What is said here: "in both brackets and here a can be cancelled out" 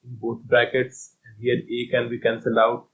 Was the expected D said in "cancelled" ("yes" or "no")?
no